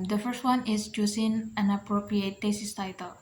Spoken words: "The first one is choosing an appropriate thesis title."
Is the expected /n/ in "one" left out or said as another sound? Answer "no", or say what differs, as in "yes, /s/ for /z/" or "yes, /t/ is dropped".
no